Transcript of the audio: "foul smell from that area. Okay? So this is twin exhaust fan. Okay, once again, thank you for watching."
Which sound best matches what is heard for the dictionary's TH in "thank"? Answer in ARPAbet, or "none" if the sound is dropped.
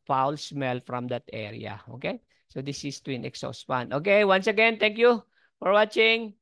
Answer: T